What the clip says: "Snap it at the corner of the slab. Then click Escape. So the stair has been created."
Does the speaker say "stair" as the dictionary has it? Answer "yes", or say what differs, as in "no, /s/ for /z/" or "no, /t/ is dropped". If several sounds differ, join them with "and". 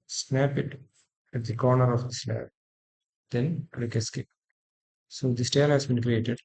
no, /l/ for /ɹ/